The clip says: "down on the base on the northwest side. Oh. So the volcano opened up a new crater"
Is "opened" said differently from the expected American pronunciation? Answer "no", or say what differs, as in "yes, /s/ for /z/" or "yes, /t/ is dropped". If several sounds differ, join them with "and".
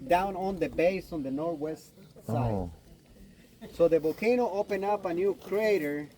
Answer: yes, /d/ is dropped